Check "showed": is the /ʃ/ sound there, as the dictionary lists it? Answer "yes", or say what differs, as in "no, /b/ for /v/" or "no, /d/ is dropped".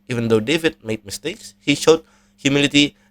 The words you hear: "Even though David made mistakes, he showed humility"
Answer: yes